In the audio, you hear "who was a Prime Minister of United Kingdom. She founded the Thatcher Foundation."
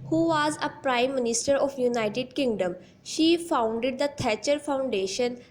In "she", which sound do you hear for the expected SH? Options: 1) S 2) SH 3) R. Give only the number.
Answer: 2